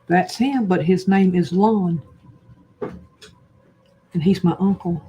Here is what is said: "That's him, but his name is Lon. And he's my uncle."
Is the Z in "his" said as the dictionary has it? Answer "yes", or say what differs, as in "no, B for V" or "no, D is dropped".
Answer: yes